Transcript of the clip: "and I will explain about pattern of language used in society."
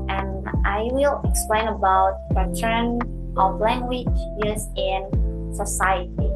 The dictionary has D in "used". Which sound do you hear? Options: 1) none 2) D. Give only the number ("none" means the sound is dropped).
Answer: 1